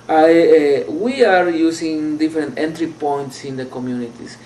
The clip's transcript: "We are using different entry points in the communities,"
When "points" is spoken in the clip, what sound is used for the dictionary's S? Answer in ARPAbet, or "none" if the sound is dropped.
S